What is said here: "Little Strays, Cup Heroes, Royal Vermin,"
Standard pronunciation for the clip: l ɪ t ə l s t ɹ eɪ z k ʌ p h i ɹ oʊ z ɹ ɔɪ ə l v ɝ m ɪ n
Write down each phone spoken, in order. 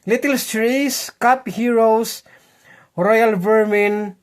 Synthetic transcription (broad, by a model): l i t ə l s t ɹ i s k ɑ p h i ɹ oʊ s ɹ ɔɪ ə l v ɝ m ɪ n